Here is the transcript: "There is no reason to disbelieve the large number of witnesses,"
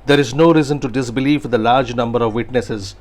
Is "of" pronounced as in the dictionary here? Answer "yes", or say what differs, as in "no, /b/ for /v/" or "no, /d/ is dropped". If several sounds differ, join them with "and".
yes